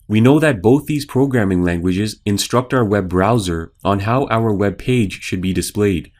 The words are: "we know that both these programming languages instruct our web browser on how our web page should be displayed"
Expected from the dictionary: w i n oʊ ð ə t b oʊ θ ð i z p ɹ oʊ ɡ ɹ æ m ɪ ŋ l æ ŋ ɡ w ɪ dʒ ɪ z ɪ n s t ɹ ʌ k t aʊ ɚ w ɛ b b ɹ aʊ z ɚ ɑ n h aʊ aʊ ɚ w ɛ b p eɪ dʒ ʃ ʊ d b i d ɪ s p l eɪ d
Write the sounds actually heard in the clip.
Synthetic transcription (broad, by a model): w i n oʊ ð ə t b oʊ θ ð i z p ɹ oʊ ɡ ɹ æ m ɪ ŋ l æ ŋ ɡ w ɪ dʒ ɪ z ɪ n s t ɹ ʌ k t aʊ ɚ w ɛ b b ɹ aʊ z ɚ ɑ n h aʊ aʊ ɚ w ɛ b p eɪ dʒ ʃ ʊ d b i d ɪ s p l eɪ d